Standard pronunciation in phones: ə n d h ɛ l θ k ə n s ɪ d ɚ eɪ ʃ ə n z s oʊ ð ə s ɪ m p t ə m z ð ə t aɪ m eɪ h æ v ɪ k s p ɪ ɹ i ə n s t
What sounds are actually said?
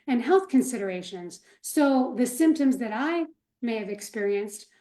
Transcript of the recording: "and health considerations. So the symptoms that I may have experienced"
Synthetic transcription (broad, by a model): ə n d h ɛ l θ k ə n s ɪ d ɚ eɪ ʃ ə n z s oʊ ð ə s ɪ m p t ə m z ð ə t aɪ m eɪ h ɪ v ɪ k s p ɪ ɹ i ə n s t